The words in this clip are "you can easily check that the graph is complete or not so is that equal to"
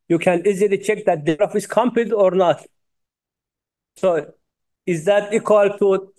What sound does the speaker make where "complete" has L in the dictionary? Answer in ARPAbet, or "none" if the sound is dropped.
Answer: none